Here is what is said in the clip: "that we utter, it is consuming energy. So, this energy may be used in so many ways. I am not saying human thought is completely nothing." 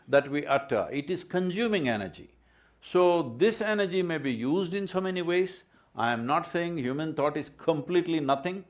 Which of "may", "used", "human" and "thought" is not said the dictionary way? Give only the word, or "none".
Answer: thought